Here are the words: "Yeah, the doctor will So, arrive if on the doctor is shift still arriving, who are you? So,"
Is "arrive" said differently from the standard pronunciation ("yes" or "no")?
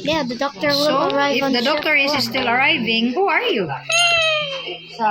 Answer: yes